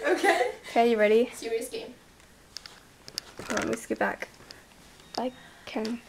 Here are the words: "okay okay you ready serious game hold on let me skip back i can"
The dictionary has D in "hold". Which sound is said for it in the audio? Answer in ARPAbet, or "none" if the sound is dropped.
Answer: none